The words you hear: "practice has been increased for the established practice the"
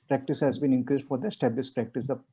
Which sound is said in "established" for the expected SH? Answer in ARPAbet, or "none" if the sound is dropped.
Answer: S